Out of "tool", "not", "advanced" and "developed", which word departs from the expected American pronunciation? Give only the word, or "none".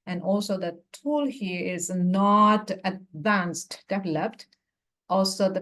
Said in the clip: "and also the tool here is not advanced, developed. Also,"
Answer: developed